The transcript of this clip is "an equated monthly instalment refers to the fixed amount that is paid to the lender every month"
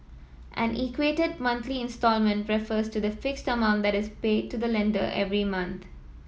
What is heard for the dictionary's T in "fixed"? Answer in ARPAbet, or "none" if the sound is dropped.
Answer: T